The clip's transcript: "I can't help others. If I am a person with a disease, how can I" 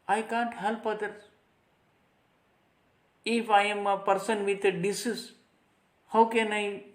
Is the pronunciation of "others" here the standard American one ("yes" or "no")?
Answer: no